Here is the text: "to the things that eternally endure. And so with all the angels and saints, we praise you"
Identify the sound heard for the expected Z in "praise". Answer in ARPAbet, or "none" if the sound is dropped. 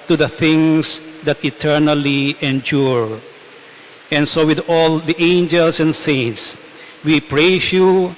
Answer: S